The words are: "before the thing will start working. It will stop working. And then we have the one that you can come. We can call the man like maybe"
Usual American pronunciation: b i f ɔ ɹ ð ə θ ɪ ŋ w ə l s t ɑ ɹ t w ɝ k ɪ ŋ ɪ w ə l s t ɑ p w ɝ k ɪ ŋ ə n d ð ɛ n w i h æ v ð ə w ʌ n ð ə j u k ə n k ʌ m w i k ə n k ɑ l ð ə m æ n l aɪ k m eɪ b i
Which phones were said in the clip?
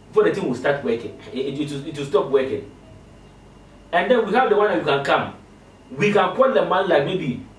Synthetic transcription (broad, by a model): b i f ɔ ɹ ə t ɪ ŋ w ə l s t ɑ t w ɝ k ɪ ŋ ɪ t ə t s t ɑ p w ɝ k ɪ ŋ ə n d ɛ n w i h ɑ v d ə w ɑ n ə j u k ə n k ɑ m w i k ə n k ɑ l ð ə m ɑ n l aɪ k m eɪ b i